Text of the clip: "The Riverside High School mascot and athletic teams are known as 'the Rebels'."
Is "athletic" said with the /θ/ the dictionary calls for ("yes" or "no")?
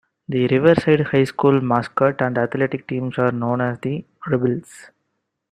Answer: no